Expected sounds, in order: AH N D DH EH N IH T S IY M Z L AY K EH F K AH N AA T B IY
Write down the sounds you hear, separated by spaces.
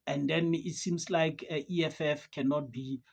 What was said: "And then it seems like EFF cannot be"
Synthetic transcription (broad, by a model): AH N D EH N IH T S IY M S L AY K EH F K AH N AA T B IY